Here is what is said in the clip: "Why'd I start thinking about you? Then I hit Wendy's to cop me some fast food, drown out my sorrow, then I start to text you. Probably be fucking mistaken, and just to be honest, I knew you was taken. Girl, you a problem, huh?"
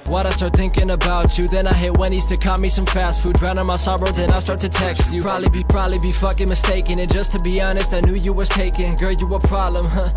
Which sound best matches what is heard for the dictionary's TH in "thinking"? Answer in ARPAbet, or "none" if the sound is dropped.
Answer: TH